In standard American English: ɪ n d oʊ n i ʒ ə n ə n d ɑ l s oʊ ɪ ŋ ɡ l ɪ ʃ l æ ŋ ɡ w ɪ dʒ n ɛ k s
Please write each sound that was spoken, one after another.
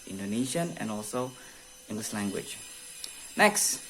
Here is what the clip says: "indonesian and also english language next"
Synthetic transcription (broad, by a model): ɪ n d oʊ n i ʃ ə n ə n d ɑ l s oʊ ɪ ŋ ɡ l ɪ s l æ ŋ ɡ w ɪ dʒ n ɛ k s